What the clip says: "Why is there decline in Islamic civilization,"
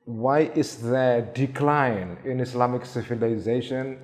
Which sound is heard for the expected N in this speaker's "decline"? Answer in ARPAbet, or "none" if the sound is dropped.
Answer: N